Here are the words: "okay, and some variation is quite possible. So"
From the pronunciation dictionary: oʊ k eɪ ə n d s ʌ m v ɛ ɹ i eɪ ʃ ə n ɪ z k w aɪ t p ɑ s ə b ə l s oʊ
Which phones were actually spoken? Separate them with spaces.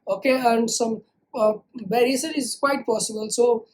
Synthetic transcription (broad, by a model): oʊ k eɪ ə n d s ʌ m b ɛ ɹ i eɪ s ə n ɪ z k w aɪ t p ɑ s ə b ə l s oʊ